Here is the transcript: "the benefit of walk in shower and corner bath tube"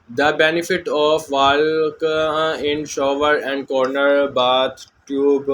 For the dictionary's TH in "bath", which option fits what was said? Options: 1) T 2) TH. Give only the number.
1